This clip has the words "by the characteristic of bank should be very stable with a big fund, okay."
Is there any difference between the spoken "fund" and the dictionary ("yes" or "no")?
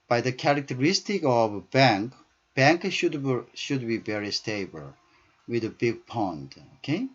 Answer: yes